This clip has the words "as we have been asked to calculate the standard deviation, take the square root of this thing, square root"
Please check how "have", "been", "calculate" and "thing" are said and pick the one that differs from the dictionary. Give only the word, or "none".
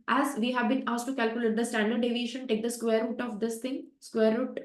thing